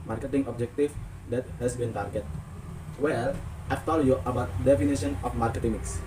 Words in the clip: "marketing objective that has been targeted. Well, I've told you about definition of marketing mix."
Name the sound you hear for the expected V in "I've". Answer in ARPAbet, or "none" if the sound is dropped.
F